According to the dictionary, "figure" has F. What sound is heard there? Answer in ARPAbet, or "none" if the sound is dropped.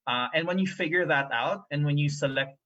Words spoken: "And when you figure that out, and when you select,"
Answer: F